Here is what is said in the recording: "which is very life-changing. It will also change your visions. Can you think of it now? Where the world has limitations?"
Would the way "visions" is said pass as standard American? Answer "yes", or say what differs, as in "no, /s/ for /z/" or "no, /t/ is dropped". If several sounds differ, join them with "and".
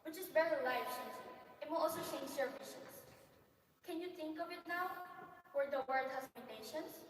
no, /ʃ/ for /ʒ/ and /s/ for /z/